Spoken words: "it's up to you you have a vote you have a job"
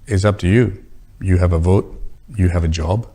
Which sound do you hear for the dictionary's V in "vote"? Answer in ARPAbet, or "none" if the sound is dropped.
V